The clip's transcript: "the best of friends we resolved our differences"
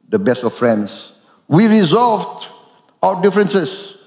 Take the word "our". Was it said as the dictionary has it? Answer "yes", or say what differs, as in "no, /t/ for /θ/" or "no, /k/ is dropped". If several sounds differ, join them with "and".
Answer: no, /w/ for /ɹ/